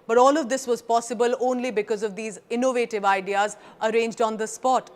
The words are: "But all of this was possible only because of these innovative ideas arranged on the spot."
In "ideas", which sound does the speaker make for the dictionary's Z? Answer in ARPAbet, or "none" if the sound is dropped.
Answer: Z